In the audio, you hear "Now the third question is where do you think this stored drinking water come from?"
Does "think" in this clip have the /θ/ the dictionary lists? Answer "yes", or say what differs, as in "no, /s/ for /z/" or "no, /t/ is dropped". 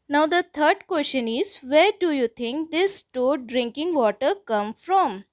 no, /t/ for /θ/